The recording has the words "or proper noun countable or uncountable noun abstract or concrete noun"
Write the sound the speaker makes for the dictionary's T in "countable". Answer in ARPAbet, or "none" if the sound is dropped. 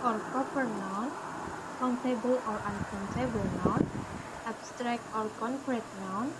S